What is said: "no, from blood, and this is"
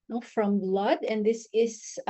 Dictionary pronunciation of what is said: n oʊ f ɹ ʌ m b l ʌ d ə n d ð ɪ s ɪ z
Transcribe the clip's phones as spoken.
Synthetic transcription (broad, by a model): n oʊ f ɹ ʌ m b l ʌ d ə n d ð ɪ s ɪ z